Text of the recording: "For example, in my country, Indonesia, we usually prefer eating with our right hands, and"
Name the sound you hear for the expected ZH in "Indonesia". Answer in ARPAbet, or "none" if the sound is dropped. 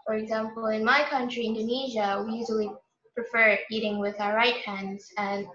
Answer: ZH